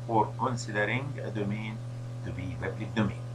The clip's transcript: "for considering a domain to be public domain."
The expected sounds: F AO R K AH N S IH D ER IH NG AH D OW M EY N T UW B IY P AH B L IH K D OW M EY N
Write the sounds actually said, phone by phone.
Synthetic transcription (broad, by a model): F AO R K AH N S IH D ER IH NG AH D OW M EY N T UW B IY B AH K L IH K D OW M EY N